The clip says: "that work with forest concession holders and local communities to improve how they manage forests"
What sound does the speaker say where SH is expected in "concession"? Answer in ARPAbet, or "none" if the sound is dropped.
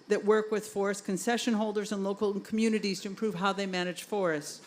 SH